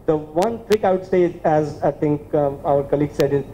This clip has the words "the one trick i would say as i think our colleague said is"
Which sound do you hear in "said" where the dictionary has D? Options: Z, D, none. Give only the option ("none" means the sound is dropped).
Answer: D